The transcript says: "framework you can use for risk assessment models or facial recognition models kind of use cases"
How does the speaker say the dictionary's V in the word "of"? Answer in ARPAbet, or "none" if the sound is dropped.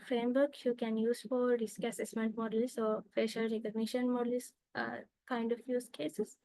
F